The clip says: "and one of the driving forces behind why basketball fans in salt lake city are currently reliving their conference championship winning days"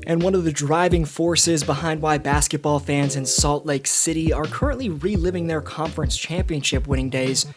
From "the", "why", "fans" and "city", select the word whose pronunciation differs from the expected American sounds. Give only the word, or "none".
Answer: none